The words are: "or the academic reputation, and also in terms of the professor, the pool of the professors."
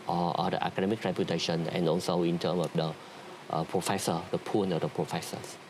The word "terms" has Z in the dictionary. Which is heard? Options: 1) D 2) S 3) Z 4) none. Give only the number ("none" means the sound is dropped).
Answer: 4